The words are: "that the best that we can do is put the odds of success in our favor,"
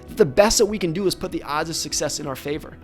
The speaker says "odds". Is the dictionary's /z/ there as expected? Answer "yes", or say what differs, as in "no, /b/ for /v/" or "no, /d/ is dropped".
yes